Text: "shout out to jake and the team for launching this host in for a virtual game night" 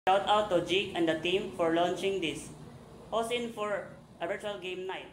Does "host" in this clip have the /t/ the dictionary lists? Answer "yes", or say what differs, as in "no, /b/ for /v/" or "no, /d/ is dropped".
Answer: no, /t/ is dropped